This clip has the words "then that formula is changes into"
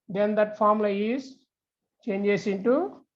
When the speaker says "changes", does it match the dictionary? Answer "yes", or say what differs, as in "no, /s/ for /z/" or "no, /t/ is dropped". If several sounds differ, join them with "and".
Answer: no, /s/ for /z/